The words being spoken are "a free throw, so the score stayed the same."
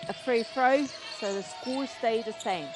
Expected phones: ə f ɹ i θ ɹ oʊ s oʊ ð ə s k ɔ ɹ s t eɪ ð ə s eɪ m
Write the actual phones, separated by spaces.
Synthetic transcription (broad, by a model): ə f ɹ i f ɹ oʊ s oʊ ð ə s k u l s t eɪ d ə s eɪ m